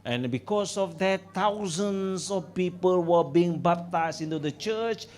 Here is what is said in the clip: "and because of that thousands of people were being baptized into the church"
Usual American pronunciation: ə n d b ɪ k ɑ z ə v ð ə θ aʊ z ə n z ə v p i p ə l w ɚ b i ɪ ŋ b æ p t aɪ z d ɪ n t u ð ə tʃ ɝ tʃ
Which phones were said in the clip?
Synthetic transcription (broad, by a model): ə n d b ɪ k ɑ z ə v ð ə t aʊ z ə n s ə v p i p ə l w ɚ b i ɪ ŋ b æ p t aɪ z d ɪ n t u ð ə tʃ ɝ tʃ